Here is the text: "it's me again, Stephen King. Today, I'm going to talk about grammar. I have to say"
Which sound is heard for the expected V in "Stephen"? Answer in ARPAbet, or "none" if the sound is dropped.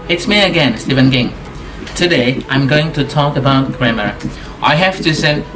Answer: V